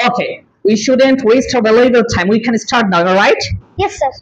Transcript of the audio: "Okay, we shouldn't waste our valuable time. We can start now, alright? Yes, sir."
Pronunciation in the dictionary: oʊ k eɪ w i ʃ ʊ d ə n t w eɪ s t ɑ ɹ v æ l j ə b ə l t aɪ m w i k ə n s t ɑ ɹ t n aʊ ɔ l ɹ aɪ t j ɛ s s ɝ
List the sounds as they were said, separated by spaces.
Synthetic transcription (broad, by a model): oʊ k eɪ w i ʃ ʊ d ə n t w eɪ s t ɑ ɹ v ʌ l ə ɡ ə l t aɪ m w i k ə n s t ɑ ɹ t n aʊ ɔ ɹ aɪ t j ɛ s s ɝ